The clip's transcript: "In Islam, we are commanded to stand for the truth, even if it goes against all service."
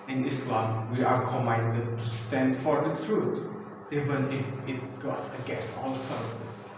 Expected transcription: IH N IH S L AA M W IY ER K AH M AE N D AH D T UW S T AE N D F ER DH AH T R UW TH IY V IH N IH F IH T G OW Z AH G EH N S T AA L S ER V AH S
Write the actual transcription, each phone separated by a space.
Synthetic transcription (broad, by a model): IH N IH S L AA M W IY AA K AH M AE N D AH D T UW S T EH N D F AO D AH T R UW T IY V IH N IH F IH T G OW S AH G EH S AA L S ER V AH S